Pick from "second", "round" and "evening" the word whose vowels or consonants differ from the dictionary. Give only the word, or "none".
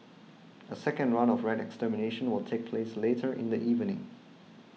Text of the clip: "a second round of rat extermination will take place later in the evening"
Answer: round